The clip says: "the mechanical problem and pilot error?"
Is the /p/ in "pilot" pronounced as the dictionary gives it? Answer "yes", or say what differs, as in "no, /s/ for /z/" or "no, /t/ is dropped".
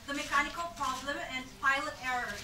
yes